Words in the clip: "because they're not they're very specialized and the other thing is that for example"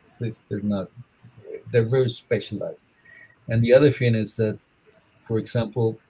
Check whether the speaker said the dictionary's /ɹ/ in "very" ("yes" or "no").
yes